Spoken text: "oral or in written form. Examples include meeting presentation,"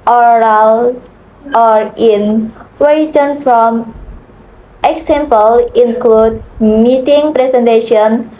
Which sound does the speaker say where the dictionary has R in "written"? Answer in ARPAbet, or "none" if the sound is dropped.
W